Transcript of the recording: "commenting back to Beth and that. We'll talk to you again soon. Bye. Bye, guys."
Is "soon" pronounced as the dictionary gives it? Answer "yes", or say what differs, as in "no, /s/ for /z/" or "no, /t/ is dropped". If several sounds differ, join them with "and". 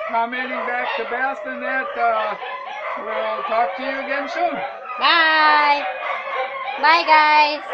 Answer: no, /ʃ/ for /s/